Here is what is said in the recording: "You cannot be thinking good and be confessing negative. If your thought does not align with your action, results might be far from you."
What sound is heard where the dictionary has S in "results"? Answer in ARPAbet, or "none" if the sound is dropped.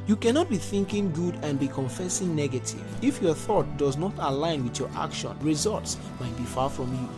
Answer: S